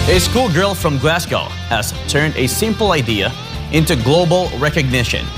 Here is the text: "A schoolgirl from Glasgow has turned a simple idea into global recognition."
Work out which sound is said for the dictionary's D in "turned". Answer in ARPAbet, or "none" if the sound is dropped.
D